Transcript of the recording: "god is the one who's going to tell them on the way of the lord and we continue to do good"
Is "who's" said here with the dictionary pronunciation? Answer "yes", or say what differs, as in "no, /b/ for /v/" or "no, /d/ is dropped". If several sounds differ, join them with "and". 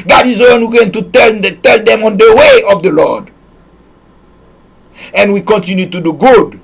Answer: no, /z/ is dropped